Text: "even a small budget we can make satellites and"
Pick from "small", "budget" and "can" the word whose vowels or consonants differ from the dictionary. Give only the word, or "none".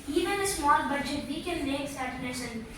can